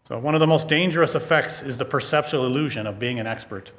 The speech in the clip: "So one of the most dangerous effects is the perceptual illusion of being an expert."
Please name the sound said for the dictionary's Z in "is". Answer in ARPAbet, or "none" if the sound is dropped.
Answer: Z